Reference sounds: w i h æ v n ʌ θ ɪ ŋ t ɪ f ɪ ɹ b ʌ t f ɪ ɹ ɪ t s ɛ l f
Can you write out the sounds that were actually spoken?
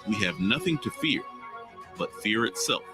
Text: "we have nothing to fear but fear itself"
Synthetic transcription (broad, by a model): w i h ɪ v n ʌ θ ɪ ŋ t ɪ f ɪ ɹ b ʌ t f ɪ ɹ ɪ t s ɛ l f